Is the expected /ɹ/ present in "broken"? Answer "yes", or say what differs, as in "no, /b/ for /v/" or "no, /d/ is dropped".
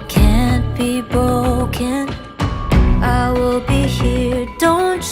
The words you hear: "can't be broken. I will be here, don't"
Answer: no, /ɹ/ is dropped